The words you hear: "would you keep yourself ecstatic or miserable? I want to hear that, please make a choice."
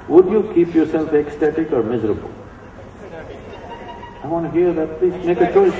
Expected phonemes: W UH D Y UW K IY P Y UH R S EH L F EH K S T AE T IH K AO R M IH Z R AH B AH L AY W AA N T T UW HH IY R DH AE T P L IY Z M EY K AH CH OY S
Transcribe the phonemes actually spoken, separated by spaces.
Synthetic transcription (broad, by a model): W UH D Y UW K IY P Y UH R S EH L F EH K S T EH T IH K AO R M IH Z R AH B AH L AY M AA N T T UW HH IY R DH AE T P L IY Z M EY K AH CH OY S